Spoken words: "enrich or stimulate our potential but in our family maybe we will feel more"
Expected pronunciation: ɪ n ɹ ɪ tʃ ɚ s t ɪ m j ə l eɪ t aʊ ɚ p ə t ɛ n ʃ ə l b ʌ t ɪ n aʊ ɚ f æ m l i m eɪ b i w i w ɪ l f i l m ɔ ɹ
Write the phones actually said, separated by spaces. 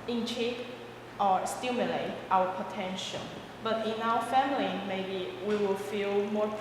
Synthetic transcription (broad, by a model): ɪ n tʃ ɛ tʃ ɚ s t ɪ m j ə l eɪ t aʊ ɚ p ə t ɛ n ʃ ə n b ʌ t ɪ n aʊ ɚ f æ m l i m eɪ b i w i w ɪ l f i l m ɔ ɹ